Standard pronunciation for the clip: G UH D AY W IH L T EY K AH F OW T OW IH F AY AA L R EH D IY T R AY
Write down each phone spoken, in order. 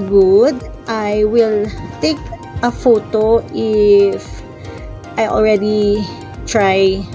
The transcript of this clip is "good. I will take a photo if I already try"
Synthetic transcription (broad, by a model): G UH D AY W IH L T EY K AH F OW T OW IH F AY AA L R EH D IY T R AY